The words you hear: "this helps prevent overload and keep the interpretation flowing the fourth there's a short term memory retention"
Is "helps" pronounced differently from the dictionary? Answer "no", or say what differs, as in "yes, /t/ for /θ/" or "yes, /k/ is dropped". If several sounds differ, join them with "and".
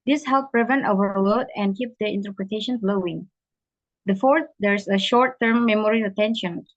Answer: yes, /s/ is dropped